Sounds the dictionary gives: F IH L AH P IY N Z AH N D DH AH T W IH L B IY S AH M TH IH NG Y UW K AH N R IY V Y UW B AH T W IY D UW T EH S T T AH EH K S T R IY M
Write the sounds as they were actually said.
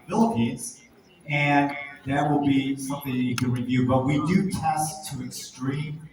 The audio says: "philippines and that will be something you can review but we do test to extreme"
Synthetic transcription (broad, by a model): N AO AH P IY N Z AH N DH AH T W IH L B IY S AH M TH IH NG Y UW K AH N R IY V Y UW B AH T W IY D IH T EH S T T AH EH K S T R IY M